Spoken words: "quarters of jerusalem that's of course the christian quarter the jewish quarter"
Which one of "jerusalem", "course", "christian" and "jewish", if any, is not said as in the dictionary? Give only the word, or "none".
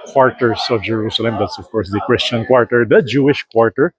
none